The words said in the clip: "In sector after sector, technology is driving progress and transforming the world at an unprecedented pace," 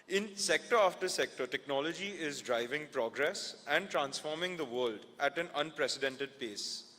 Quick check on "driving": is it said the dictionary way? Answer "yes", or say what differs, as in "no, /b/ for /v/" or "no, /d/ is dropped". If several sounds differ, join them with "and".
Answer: yes